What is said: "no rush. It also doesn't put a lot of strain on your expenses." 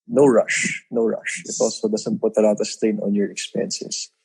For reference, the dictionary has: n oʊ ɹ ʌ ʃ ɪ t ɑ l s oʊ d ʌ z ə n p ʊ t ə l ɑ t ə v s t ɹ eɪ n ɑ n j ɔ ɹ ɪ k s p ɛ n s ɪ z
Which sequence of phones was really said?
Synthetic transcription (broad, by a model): n oʊ ɹ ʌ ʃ ɪ t ɑ l s oʊ d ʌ s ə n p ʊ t ə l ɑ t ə s t eɪ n ɑ n j ɔ ɹ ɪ k s p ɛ n s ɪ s